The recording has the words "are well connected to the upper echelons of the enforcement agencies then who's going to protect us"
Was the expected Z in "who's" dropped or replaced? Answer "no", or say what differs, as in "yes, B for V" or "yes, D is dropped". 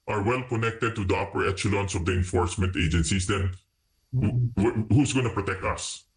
yes, S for Z